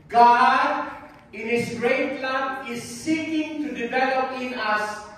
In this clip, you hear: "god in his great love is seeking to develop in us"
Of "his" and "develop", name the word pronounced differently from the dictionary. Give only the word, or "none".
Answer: his